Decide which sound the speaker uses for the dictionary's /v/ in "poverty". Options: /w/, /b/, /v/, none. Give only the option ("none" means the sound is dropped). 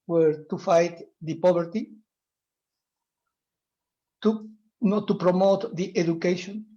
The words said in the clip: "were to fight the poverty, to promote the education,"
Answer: /b/